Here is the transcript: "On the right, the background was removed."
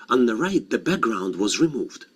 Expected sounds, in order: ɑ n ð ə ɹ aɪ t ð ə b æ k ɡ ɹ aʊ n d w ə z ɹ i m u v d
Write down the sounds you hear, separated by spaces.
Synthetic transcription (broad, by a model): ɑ n ð ə ɹ aɪ t ð ə b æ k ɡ ɹ aʊ n d w ə z ɹ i m u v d